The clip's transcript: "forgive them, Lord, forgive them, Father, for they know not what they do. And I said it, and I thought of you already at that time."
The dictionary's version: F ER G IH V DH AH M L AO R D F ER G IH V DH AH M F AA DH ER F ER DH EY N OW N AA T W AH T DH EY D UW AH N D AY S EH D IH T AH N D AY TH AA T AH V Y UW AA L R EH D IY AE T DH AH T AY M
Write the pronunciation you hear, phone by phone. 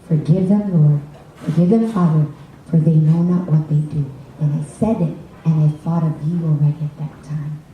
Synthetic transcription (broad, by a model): F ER G IH V DH AH M L AO R D F ER G IH V DH AH M F AA DH ER F ER DH EY N OW N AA T W AH T DH EY D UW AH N AY S EH D IH T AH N AY TH AA T AH V Y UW AA L R EH D IY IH T DH AH T AY M